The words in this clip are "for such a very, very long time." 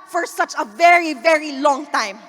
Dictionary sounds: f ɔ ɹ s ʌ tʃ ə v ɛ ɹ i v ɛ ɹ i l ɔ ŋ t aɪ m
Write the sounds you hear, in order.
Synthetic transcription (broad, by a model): f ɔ ɹ s ʌ tʃ ə v ɛ ɹ i v ɛ ɹ i l ɔ ŋ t aɪ m